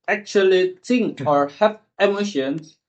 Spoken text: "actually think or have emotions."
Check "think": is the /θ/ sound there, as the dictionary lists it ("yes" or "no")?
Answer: no